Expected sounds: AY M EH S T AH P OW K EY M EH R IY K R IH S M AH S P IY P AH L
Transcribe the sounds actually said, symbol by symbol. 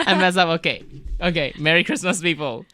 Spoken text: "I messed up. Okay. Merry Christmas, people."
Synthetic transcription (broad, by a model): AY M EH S AH P OW K EY M EH R IY K R IH S M AH S P IY P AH L